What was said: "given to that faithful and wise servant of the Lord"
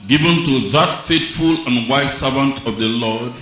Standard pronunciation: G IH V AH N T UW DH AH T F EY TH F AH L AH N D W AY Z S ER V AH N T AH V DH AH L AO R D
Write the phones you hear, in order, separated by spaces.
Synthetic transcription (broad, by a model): G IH V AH N T UW DH AH T F EY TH F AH L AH N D W AY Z S ER V AH N T AH V DH AH L AO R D